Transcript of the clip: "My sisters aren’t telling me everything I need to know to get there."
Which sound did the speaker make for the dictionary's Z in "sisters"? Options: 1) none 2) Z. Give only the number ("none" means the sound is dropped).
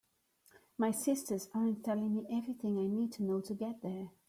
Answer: 2